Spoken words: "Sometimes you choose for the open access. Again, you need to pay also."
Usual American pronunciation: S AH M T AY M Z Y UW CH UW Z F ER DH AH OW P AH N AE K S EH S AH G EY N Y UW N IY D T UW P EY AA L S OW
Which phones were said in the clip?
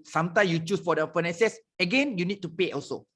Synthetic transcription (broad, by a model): S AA M T AY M Y UW CH UW S F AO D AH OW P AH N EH S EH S AH G EY N Y UW N IY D T UW P EY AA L S OW